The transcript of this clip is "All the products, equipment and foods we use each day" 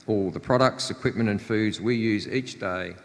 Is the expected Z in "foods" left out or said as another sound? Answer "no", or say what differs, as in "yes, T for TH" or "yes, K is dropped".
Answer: no